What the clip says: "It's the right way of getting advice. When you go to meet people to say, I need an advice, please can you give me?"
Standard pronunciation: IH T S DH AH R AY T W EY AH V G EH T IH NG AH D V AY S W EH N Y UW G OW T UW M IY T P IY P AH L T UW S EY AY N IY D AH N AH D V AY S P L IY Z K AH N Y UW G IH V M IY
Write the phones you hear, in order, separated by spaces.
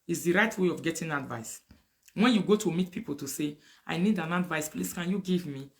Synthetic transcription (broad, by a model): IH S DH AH R AY T W EY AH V G EH T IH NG AH D V AY S W EH N Y UW G OW T UW M IY T P IY P AH L T UW S EY AY N IY D AH N AH D V AY S P L IY S K AH N Y UW G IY V M IY